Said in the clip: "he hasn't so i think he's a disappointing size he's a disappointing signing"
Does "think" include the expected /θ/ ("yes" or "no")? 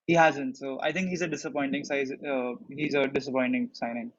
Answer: no